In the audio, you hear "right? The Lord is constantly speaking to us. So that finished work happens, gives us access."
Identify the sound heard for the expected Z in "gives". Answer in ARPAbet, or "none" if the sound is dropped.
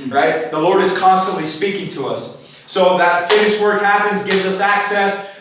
Z